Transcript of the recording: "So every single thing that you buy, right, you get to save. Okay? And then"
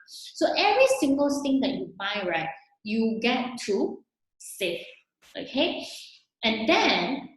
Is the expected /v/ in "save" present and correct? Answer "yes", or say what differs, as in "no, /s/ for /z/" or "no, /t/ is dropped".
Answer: no, /f/ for /v/